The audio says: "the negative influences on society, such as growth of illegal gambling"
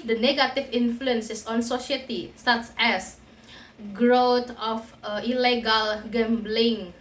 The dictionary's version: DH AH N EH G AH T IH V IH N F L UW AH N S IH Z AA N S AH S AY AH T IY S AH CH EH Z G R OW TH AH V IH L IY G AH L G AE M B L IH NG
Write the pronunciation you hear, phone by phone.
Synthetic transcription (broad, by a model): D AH N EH G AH T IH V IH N F L UW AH N S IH S AA N S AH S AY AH T IY S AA S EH S G R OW T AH F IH L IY G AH L G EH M B L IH NG